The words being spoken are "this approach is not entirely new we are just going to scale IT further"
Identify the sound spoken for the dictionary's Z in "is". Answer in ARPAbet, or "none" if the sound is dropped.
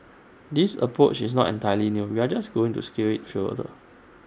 S